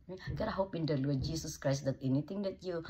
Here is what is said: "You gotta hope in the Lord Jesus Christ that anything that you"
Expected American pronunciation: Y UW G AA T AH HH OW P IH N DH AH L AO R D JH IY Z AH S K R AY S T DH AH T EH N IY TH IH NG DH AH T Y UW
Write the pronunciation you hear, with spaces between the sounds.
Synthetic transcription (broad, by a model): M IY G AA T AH HH OW P IH N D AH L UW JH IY S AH S K R AY S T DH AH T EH N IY T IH NG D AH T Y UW